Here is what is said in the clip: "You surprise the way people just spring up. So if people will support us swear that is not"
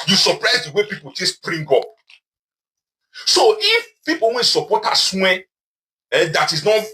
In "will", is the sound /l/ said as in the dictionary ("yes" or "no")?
no